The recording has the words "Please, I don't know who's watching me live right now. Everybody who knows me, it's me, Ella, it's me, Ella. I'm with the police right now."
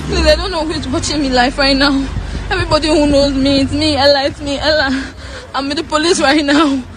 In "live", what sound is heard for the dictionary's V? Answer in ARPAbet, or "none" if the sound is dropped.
F